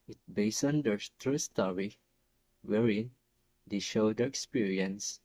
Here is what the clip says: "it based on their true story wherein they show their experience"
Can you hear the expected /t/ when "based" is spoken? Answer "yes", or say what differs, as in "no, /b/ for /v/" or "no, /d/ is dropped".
no, /t/ is dropped